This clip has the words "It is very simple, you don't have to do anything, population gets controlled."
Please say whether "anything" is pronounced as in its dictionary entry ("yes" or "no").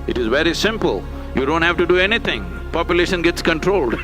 no